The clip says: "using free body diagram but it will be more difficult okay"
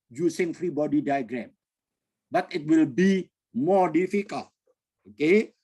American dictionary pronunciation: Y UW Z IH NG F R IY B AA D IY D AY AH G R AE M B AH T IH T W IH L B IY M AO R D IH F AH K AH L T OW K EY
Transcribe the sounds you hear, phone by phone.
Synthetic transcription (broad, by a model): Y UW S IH NG F R IY B AA D IY D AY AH G R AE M B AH T IH T W IH L B IY M AO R D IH F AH K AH L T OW K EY